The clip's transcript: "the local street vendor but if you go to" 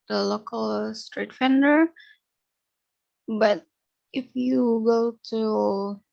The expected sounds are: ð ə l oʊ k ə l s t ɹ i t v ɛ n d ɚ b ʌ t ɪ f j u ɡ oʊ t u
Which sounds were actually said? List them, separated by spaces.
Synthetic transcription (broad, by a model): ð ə l oʊ k ə l s t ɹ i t f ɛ n d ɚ b ʌ t ɪ f j u ɡ oʊ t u